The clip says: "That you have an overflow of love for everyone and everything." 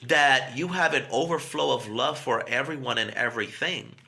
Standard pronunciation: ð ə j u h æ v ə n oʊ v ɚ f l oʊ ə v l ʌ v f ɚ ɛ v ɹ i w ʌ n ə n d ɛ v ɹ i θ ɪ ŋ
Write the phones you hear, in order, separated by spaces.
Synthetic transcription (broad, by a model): ð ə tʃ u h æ v ə n oʊ v ɚ f l oʊ ə v l ʌ v f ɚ ɛ v ɹ i w ʌ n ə n ɛ v ɹ i θ ɪ ŋ